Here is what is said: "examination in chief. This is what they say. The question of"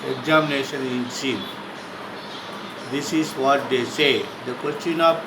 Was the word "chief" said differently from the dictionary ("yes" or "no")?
yes